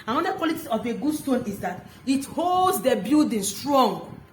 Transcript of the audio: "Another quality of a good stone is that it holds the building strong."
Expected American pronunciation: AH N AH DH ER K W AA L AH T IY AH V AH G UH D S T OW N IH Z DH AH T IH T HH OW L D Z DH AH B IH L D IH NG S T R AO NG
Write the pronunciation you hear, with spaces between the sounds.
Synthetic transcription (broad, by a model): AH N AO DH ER K W AA L AH T IY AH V AH G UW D S T OW N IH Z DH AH T IH T HH OW L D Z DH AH B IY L D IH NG S T R AO NG